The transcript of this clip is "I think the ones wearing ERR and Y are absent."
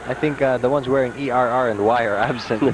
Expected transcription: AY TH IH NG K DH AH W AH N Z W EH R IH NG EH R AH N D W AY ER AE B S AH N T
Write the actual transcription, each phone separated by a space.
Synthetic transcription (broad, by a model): AY TH IH NG K DH AH W AH N Z W EH R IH NG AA R AH N D W AY ER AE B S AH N